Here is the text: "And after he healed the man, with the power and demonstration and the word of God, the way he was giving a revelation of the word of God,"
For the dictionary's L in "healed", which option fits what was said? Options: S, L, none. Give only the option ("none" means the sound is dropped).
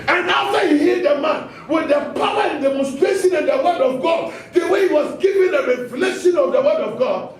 none